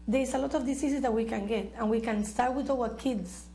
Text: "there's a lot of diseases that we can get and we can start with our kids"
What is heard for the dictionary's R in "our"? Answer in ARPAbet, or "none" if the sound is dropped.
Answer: L